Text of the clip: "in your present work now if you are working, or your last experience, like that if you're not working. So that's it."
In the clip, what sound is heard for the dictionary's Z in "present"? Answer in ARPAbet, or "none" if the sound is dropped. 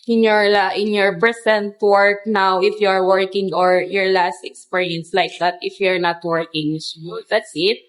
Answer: S